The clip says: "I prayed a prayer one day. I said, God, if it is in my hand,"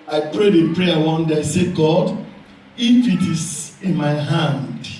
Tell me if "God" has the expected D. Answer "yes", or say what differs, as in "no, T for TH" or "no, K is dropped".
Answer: yes